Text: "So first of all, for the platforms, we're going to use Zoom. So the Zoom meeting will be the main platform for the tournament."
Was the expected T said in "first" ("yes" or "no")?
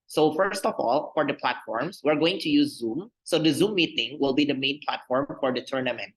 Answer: yes